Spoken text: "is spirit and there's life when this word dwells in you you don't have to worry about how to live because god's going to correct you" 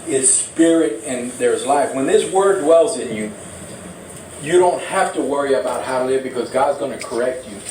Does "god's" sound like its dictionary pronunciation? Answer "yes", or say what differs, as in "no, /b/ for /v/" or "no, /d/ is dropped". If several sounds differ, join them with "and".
yes